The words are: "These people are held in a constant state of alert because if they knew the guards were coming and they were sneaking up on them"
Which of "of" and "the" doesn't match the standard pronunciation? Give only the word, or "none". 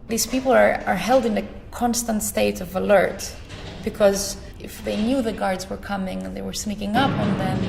none